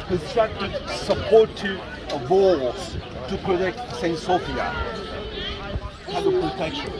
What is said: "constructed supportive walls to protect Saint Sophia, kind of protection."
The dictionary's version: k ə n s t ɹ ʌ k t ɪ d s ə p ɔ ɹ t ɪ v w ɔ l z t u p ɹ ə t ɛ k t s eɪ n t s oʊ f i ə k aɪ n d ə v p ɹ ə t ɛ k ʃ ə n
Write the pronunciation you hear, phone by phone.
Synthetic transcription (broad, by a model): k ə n s t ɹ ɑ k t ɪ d s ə p ɔ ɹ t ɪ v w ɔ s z t u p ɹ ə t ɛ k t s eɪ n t s oʊ f i ə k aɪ d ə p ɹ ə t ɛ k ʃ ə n